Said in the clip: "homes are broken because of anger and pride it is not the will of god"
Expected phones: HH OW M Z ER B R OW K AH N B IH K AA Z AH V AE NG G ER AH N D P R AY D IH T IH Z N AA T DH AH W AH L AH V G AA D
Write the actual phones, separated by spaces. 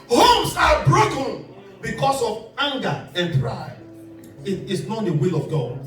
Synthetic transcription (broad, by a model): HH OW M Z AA B R OW K AH N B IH K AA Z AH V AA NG G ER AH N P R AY IH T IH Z N AA T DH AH W AH L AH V G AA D